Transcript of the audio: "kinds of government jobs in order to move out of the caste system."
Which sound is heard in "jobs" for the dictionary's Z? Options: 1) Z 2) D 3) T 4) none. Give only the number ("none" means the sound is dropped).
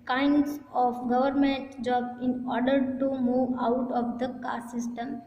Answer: 4